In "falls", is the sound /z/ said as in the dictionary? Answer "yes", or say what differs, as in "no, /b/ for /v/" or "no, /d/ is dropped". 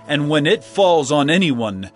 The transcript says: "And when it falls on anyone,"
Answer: yes